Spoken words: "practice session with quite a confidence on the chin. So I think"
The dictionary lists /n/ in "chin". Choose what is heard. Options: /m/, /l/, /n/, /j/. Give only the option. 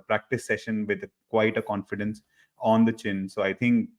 /n/